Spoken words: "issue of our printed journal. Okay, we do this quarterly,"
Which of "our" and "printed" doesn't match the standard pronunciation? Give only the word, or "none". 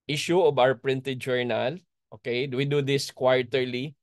our